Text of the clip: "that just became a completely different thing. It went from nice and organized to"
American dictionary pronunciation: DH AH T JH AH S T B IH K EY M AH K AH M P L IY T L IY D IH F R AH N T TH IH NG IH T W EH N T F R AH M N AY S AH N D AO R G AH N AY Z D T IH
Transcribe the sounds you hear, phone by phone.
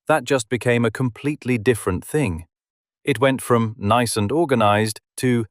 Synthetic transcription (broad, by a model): DH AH T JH AH S B IH K EY M AH K AH M P L IY T L IY D IH F R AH N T TH IH NG IH T W EH N T F R AH M N AY S AH N D AO R G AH N AY Z T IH